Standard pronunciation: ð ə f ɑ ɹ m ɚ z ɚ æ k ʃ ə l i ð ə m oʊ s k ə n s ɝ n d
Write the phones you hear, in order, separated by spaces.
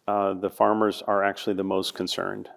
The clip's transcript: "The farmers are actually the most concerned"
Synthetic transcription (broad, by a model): ð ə f ɑ ɹ m ɚ z ɚ æ k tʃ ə l i ð ə m oʊ s k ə n s ɝ n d